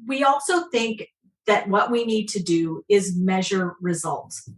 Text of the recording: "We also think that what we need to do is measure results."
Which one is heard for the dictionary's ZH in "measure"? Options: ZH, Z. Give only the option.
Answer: ZH